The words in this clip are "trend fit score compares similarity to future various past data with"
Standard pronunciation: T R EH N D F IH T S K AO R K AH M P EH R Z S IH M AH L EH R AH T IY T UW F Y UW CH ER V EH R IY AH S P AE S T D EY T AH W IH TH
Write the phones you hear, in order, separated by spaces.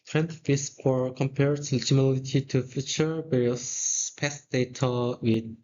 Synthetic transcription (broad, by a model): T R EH N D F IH S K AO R K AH M P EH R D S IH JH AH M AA L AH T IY T UW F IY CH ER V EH R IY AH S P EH S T D EY T AH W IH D